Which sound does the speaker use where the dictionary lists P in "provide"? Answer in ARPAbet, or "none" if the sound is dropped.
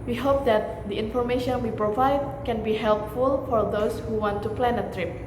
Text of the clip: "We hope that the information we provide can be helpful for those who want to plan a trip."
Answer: P